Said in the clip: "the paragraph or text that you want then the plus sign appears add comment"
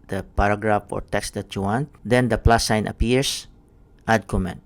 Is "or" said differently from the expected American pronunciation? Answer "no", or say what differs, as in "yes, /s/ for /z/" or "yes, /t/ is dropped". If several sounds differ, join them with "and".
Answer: no